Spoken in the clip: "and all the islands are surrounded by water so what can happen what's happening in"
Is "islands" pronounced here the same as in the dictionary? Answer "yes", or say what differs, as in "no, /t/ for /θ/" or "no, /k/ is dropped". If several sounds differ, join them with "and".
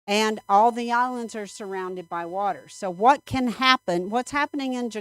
yes